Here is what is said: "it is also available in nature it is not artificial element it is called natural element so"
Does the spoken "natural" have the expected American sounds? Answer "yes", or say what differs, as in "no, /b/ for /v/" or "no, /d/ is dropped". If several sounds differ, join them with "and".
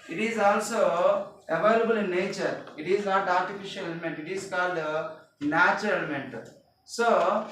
no, /ɹ/ is dropped